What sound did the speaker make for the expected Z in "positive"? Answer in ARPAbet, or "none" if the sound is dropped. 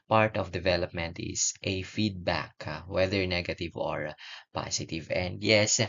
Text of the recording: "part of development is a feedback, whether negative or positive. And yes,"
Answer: S